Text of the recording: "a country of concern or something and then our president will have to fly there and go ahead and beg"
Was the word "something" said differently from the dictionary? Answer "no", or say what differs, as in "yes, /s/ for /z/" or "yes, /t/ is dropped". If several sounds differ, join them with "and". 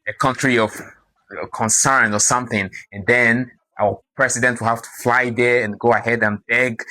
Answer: no